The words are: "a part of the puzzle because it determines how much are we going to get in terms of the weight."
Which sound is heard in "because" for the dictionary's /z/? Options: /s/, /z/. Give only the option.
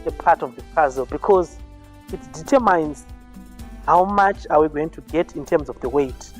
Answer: /z/